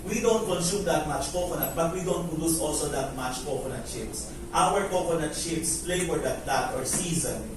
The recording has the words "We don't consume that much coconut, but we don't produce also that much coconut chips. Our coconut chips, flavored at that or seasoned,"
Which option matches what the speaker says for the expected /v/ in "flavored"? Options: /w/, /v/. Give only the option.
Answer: /w/